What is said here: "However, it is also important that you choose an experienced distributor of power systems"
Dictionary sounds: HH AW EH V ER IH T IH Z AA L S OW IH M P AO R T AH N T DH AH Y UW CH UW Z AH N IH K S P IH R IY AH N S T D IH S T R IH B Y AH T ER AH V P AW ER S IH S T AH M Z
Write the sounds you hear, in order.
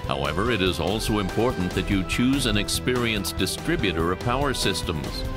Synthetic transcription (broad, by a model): HH AW EH V ER IH T IH Z AA L S OW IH M P AO R T N DH AH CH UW CH UW Z AH N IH K S P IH R IY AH N S D IH S T R IH B Y AH T ER AH V P AW ER S IH S T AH M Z